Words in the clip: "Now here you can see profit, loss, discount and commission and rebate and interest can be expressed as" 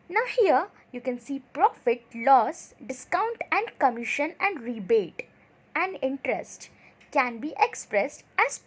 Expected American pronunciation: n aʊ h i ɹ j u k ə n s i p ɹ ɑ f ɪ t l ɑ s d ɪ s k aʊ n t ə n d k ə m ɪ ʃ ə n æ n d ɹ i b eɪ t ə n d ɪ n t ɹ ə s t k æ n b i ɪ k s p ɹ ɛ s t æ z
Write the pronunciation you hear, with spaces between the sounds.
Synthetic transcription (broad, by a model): n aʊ h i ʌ j u k ə n s i p ɹ ɑ f ɪ t l ɑ s d ɪ s k aʊ n t ə n d k ə m ɪ ʃ ə n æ n d ɹ i b eɪ t ə n d ɪ n t ɹ ə s t k æ n b i ɪ k s p ɹ ɛ s t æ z